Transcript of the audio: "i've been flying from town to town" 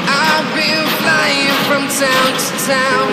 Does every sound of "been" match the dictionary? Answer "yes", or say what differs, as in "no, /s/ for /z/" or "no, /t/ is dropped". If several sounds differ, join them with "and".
no, /l/ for /n/